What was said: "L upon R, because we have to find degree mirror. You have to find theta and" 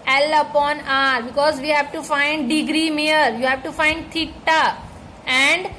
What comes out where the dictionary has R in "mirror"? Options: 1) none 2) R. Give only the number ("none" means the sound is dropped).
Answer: 1